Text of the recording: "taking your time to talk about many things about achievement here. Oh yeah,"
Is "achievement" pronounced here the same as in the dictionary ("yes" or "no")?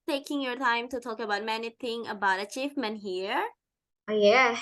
no